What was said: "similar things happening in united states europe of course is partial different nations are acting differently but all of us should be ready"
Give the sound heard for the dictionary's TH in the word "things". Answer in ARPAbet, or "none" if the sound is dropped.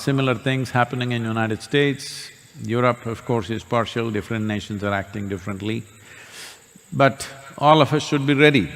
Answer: T